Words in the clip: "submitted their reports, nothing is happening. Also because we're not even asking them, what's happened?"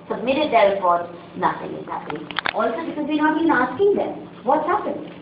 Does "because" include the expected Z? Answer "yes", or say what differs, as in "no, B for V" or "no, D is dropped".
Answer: yes